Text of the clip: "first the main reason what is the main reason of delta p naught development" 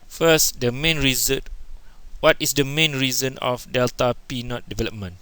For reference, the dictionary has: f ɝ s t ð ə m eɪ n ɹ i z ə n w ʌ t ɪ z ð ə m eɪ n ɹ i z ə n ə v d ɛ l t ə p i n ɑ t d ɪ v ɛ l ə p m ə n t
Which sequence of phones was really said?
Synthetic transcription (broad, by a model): f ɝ s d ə m eɪ n ɹ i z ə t w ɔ t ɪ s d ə m eɪ n ɹ i z ə n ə f d ɛ l t ə p i n ɑ t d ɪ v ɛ l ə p m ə n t